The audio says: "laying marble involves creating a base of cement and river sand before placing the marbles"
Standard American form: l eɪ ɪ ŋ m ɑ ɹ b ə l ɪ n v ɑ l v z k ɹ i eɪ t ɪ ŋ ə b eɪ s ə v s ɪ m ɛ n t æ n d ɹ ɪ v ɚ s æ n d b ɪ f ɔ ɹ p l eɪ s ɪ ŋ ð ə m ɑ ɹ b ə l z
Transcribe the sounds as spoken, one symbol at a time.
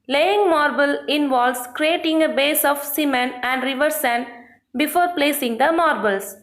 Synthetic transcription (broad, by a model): l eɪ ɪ ŋ m ɑ ɹ b ə l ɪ n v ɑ l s k ɹ i eɪ t ɪ ŋ ə b eɪ s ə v s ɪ m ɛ n æ n d ɹ ɪ v ɚ s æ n b ɪ f ɔ ɹ p l eɪ s ɪ ŋ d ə m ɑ ɹ b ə l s